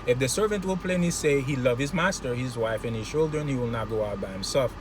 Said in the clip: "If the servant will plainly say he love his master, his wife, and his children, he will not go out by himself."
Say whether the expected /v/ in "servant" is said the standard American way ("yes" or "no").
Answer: yes